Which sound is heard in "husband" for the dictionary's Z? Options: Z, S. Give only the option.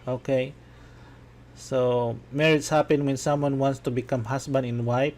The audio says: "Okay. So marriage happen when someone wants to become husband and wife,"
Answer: S